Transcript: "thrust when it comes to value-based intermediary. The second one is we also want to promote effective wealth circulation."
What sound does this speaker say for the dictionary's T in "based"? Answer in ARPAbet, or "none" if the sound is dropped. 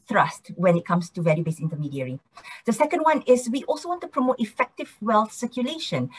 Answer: none